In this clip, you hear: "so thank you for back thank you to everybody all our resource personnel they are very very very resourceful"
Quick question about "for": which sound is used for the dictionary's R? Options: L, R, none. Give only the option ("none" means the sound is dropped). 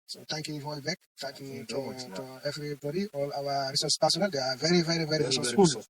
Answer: L